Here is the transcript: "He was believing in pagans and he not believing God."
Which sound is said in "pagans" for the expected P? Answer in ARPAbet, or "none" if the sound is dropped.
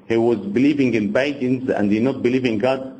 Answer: B